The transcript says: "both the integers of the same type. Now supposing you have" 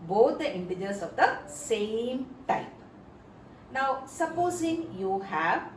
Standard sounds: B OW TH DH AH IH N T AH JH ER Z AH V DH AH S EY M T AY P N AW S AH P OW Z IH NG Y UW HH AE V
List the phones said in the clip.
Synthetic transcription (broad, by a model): B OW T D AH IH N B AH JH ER S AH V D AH S EY M T AY P N AW S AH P OW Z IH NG Y UW HH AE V